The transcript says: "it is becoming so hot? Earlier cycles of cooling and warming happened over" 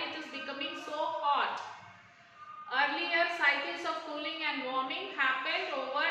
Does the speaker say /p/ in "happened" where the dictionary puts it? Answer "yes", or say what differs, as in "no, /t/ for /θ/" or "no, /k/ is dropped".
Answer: no, /f/ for /p/